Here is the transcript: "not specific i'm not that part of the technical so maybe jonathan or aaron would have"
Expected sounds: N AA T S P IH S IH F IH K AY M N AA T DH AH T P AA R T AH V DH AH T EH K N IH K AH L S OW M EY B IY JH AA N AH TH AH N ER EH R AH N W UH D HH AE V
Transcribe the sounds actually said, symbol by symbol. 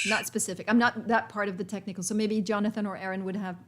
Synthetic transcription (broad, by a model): N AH T S P IH S IH F IH K AY M N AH T DH AH T P AA R T AH V DH AH T EH K N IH K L S OW M EY B IY JH AA N AH TH AH N ER EH R AH N W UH D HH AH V